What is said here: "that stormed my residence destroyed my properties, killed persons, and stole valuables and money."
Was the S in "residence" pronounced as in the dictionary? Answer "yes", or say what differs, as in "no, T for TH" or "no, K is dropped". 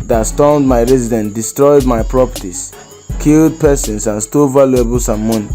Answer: no, S is dropped